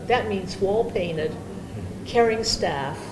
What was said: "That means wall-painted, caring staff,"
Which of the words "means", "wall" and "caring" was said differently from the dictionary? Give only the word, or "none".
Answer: none